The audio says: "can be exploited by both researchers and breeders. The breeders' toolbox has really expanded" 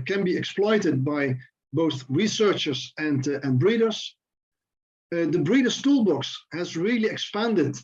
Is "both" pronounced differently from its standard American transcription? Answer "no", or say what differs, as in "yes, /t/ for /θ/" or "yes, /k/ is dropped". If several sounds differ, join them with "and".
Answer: no